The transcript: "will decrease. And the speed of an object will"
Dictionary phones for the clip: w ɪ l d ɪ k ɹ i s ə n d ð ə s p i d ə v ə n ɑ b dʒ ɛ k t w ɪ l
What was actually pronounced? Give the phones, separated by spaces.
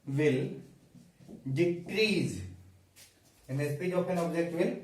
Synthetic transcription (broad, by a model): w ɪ l d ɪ k ɹ i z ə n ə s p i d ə p ə n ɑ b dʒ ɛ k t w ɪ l